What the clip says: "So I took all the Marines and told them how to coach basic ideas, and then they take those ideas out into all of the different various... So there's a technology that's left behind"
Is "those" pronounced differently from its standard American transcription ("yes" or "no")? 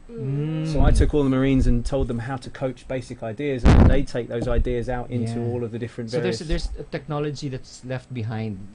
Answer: no